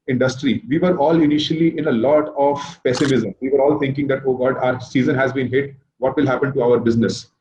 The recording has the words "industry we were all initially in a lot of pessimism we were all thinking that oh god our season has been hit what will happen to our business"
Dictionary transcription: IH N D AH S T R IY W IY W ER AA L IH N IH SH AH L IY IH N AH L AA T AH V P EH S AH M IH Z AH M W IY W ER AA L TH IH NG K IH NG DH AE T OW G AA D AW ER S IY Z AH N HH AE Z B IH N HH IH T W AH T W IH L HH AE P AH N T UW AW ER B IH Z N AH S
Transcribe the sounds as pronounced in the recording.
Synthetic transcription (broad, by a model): IH N D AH S T R IY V IY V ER AA L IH N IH SH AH L IY IH N AH L AA T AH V P EH S AH M IH Z AH M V IY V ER AA L T IH NG K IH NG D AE T OW G AA D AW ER S IY Z AH N HH AE Z B IH N HH IH T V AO T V IH L HH AE P AH N T UW AW ER B IH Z N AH S